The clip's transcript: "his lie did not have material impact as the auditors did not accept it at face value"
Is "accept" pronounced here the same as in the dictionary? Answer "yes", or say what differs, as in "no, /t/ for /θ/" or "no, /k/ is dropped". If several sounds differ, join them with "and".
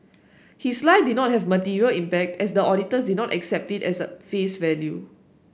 yes